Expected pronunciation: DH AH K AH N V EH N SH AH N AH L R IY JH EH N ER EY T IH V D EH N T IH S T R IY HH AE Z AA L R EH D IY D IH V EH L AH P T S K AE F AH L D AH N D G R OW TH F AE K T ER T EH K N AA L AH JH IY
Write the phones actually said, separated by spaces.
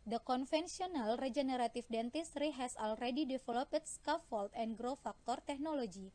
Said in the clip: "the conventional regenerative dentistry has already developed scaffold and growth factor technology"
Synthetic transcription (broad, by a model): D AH K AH N F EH N S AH N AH L R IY JH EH N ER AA T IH F D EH N T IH S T R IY HH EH S AA L R EH D IY D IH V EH L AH P T S K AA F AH L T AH N G R OW F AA K T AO T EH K N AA L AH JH IY